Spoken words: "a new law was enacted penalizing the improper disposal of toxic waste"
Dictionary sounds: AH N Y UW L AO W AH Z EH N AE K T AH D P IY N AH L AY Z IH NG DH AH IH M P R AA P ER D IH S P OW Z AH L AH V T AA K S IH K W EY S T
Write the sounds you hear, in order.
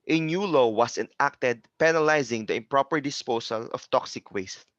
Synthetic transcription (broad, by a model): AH N Y UW L AO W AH S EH N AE K T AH D P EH N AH L AY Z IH NG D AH IH M P R AA P ER D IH S P OW S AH L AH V T AA K S IH K W EY S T